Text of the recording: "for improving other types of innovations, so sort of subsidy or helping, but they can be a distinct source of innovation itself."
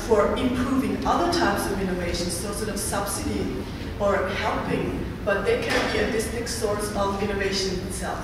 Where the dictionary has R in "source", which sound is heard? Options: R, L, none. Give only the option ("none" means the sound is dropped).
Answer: R